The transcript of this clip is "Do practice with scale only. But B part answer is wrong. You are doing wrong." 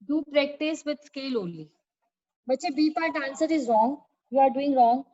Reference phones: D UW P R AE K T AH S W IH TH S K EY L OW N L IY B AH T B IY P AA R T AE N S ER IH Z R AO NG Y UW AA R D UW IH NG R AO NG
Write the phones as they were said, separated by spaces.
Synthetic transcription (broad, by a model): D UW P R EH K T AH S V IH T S K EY L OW L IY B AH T B IY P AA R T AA N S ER IH Z R AO NG Y UW AA R D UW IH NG R AO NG